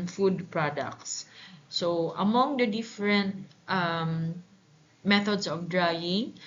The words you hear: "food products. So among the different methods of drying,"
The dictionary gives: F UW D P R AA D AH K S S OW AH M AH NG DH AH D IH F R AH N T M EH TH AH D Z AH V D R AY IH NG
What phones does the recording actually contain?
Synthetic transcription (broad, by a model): F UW D P R AA D AH K S S OW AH M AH NG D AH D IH F R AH N T M EH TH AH D S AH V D R AY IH NG